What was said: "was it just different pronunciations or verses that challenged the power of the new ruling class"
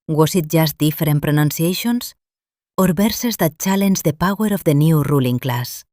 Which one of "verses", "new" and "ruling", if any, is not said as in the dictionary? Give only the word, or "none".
verses